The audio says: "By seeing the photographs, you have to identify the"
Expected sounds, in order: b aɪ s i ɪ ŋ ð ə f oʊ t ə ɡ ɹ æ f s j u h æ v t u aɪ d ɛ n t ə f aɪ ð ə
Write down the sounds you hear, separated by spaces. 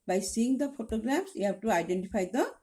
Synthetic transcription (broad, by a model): b aɪ s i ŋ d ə p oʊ t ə ɡ ɹ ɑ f s j u h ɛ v t u aɪ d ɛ n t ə p aɪ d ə